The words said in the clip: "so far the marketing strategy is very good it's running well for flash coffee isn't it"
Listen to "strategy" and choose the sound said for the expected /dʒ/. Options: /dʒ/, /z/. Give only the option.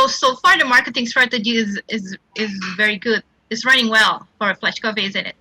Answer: /z/